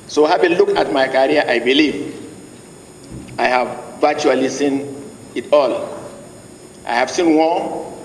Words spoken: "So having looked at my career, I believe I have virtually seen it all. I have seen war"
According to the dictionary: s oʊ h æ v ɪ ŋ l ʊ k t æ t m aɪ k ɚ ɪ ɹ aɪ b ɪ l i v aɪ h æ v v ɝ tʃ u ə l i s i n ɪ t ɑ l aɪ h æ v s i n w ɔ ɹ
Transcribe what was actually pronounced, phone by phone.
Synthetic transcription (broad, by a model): s oʊ h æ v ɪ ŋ l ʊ k ɑ t m aɪ k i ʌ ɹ aɪ b ɪ l i v aɪ h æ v v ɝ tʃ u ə l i s i n ɪ t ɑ l aɪ h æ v s i n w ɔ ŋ